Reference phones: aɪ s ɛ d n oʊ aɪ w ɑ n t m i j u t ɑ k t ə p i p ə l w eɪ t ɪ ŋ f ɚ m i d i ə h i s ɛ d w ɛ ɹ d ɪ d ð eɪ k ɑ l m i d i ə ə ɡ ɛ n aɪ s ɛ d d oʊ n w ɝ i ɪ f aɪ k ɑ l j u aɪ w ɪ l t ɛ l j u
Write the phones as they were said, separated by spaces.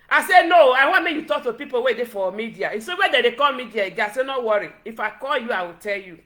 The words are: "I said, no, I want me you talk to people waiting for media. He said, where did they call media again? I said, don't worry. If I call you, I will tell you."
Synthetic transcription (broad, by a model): aɪ s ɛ n oʊ aɪ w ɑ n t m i j u t ɑ k t ə p i p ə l w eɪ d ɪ f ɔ m i d i ə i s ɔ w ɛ d ɪ d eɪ k ɑ l m i d i ə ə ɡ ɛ aɪ s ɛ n oʊ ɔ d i ɪ f aɪ k ɑ l j u aɪ w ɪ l t ɛ l j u